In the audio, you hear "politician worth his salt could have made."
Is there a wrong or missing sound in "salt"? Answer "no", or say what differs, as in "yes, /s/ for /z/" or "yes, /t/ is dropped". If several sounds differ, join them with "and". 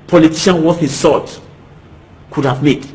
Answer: yes, /l/ is dropped